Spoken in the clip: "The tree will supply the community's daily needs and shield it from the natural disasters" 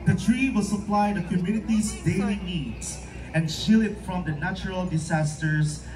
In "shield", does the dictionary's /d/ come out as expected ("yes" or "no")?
no